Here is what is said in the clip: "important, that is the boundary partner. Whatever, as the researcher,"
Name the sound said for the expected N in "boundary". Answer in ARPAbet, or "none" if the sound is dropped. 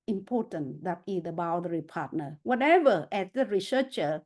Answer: none